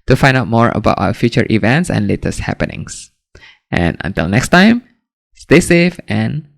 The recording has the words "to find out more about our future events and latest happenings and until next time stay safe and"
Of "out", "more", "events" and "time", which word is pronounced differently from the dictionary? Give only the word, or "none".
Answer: none